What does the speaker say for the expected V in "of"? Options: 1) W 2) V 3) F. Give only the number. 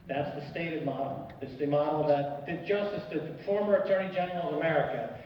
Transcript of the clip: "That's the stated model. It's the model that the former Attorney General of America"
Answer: 2